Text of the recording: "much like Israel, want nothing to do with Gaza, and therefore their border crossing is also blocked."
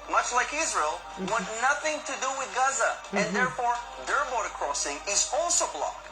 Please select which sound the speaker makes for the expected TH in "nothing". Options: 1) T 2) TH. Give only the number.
2